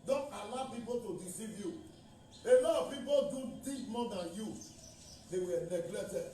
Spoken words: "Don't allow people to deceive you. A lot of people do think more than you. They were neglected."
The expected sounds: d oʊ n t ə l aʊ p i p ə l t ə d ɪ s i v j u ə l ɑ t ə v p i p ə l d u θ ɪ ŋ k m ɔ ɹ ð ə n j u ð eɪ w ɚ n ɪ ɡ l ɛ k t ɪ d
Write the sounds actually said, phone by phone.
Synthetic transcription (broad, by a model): d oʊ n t ə l aʊ p i p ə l t ə d ɪ s i v j u ə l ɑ ə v p i p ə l d u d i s m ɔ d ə n j u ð eɪ w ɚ n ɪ ɡ l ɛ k t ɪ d